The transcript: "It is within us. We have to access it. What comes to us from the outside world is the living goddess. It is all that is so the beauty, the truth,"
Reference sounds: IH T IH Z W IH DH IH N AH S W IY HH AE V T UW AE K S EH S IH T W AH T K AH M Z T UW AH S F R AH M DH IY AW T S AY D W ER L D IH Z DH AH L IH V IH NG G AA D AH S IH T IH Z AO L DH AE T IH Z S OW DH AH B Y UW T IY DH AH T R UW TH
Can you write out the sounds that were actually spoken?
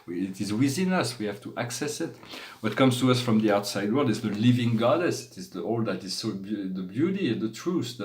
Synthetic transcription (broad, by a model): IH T IH Z W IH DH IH N AH S W IY HH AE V T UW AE K S EH S IH T W AH T K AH M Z T UW AH S F R AH M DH IY AW T S AY D W ER L D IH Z DH AH L IH V IH NG G AA D AH S IH T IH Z AO L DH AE T IH Z S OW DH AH B Y UW T IY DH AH T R UW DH